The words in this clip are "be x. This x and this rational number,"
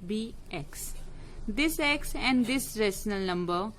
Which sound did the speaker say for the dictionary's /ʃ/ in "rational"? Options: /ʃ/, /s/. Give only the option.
/s/